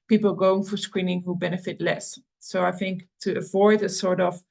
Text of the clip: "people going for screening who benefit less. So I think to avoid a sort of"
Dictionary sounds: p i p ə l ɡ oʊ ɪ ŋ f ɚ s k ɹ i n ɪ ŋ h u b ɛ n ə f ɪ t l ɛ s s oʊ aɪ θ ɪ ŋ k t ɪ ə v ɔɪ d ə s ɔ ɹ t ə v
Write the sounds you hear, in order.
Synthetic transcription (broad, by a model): p i p l ɡ oʊ ɪ ŋ f ɚ s k ɹ i n ɪ ŋ h u b ɛ n ə f ɪ t l ɛ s s oʊ aɪ θ ɪ ŋ k t ɪ ə v ɔɪ d ə s ɔ ɹ t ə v